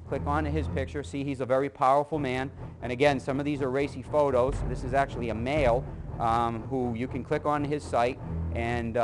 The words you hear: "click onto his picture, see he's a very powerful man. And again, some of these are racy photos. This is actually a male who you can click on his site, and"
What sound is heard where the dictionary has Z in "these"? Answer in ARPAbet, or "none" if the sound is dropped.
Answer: Z